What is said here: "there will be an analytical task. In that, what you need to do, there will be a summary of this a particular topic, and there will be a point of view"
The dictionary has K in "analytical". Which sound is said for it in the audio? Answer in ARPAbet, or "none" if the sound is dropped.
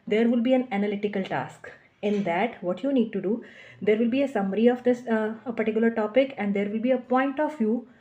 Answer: K